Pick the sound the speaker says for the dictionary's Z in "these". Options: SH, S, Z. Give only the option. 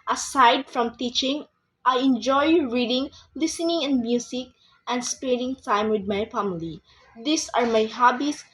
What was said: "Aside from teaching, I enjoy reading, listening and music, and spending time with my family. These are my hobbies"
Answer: S